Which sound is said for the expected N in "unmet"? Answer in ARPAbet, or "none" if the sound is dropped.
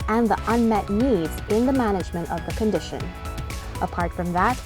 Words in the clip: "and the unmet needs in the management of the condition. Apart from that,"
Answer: N